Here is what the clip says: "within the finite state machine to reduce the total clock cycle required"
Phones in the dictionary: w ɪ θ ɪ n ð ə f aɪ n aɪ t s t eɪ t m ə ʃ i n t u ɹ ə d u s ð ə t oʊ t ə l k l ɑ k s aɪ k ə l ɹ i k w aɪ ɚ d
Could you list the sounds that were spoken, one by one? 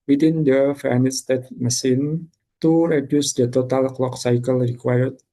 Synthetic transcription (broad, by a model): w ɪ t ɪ n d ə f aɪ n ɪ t s t eɪ t m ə s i n t u ɹ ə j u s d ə t oʊ t ə l k l ɑ k s aɪ k ə l ɹ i k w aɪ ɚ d